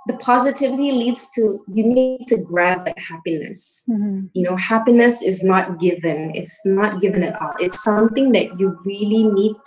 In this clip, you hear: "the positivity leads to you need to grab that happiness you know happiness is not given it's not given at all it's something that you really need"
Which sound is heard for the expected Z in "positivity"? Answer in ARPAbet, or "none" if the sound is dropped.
Z